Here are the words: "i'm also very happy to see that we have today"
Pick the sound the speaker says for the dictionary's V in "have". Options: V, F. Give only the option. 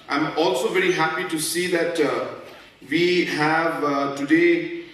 V